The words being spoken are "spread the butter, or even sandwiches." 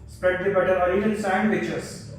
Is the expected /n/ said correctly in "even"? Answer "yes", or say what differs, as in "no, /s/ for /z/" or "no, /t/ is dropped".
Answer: no, /l/ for /n/